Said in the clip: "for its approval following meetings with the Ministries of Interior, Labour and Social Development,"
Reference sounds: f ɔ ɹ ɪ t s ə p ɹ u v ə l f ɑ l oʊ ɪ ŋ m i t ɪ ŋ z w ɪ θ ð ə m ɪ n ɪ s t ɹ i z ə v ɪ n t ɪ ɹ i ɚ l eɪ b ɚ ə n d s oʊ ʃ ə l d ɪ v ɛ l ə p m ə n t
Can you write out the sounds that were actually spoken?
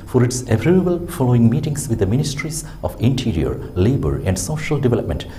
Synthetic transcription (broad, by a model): f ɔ ɹ ɪ t s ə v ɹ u b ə l f ɑ l oʊ ɪ ŋ m i t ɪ ŋ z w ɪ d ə m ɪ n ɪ s t ɹ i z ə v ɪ n t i ɹ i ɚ l eɪ b ɚ ə n d s oʊ ʃ ə l d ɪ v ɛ l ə p m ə n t